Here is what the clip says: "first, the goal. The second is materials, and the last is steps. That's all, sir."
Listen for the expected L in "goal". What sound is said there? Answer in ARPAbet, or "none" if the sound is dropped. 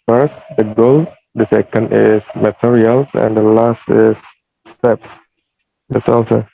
L